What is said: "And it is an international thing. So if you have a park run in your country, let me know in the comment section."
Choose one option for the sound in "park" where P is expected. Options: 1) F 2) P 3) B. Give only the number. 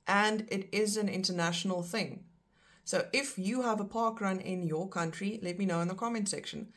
2